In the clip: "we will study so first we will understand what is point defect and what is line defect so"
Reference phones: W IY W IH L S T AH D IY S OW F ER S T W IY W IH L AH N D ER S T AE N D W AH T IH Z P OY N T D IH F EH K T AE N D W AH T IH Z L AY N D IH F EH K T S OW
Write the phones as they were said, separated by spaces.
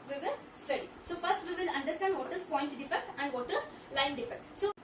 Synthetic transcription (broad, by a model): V IY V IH L S T AH D IY S OW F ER S T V IY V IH L AH N D ER S T AE N D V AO T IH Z P OY N T D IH F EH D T AE N D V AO T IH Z L AY N D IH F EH T S OW